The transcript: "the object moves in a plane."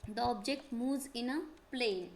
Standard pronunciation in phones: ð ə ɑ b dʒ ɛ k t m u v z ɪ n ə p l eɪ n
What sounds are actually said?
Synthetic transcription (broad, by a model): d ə ɑ b dʒ ɛ k t m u z ɪ n ə p l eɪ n